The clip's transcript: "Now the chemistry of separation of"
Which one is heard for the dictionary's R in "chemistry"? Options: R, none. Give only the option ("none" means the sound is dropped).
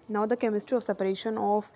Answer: R